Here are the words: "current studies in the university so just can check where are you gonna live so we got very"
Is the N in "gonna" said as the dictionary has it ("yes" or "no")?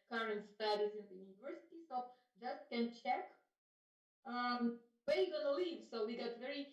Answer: no